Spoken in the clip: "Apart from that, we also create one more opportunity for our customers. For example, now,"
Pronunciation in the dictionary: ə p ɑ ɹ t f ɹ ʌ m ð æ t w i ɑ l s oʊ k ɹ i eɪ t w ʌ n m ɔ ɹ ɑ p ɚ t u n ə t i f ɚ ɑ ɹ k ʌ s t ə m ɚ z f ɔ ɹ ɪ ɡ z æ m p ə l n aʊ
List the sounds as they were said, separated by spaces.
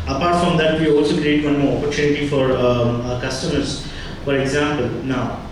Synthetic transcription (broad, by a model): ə p ɑ ɹ t f ɹ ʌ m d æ t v i ɑ l s oʊ k ɹ i eɪ t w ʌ n m ɔ ɹ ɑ p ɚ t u n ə t i f ɑ ɹ k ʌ s t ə m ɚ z f ɔ ɹ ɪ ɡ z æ m p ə l n aʊ